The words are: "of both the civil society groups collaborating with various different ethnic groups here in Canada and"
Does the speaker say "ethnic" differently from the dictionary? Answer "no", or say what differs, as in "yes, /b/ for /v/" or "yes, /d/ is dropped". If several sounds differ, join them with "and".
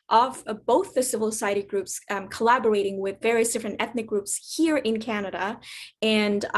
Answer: no